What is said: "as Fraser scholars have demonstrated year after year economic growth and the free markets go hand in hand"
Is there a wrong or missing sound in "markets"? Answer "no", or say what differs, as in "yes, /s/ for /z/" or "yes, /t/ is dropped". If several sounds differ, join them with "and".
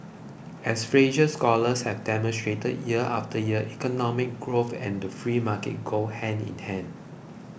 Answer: yes, /s/ is dropped